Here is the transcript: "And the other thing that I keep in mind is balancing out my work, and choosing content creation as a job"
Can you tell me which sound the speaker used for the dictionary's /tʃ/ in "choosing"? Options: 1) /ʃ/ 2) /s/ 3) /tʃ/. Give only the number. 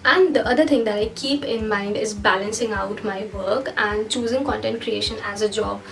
3